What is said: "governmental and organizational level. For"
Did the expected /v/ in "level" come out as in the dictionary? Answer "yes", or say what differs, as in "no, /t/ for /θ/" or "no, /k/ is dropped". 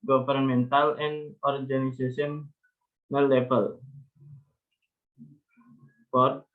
no, /b/ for /v/